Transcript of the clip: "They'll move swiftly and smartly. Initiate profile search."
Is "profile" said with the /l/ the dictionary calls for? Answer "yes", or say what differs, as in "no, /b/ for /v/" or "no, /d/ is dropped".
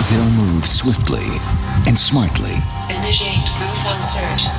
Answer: no, /n/ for /l/